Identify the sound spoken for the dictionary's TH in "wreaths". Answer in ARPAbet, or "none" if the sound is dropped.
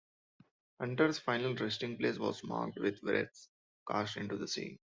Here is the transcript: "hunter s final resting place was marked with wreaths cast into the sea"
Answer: T